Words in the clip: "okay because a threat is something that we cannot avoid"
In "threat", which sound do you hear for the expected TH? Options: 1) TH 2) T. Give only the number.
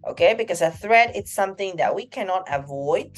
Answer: 1